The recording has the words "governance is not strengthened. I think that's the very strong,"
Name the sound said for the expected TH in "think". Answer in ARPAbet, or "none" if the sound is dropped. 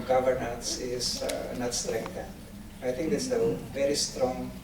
T